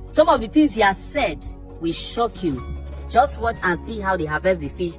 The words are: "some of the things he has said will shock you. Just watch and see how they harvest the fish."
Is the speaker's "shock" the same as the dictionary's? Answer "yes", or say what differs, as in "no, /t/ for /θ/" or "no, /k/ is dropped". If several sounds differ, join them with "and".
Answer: yes